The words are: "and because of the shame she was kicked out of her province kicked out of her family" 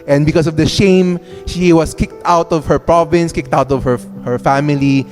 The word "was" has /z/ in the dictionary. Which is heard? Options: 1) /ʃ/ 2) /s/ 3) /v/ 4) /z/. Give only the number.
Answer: 2